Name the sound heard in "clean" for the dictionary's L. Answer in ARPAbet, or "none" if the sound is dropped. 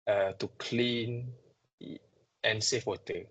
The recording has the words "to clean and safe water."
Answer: L